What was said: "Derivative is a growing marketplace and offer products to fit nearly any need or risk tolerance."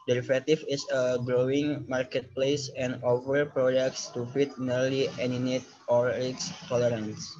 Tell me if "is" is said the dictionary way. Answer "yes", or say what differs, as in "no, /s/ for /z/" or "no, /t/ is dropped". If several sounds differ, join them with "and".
no, /s/ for /z/